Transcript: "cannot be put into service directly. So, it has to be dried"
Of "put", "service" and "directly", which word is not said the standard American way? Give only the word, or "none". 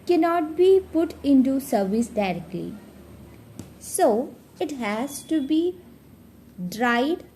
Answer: none